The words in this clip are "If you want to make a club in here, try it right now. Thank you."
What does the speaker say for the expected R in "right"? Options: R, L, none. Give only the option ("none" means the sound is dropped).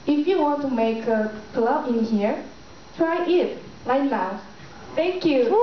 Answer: L